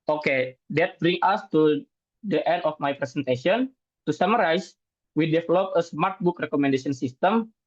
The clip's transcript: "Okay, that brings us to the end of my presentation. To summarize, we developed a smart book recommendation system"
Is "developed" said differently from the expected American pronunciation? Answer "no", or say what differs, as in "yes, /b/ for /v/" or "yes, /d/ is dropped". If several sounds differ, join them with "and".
yes, /t/ is dropped